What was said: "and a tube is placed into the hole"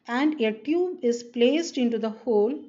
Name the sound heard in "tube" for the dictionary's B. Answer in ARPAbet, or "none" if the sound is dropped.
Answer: B